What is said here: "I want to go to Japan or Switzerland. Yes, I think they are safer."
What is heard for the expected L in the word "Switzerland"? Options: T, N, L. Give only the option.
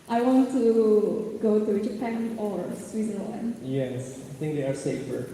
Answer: N